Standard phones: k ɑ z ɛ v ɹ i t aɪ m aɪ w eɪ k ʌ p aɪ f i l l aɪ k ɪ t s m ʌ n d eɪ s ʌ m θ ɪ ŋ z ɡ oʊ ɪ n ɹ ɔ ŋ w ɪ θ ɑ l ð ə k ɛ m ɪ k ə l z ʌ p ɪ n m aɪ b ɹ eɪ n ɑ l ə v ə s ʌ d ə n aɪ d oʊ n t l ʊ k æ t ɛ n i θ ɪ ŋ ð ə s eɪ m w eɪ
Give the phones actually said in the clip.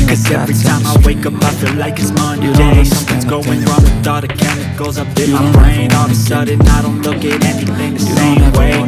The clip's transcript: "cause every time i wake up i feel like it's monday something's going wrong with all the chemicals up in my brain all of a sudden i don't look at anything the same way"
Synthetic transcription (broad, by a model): k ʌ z ɛ v ɹ i t aɪ m aɪ w eɪ k ʌ p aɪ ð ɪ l l aɪ k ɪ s m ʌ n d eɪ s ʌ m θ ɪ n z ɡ oʊ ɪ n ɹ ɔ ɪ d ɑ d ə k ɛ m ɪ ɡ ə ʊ z ʌ p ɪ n m aɪ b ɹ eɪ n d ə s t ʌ d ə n aɪ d oʊ n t l ʊ k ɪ t ɛ n i θ ɪ ŋ ð ə s eɪ m w eɪ